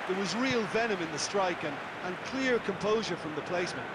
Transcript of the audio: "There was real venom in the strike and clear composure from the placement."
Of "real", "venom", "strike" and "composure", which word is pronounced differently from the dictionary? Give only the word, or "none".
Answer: none